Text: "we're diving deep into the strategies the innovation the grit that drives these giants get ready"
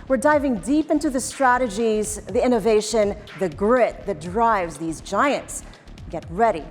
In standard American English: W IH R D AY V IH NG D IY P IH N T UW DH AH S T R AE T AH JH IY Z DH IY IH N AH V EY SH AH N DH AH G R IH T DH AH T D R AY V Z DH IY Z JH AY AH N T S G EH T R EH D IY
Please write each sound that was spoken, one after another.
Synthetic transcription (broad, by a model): W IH R D AY V IH NG D IY P IH N T UW DH AH S T R AE T AH JH IY Z DH IY IH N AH V EY SH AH N DH AH G R IH T DH AH T D R AY V Z DH IY Z JH AY AH N T S G EH T R EH D IY